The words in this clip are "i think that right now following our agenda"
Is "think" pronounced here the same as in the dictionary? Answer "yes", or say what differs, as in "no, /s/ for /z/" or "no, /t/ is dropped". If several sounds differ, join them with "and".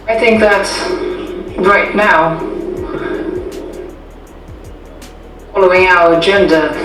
yes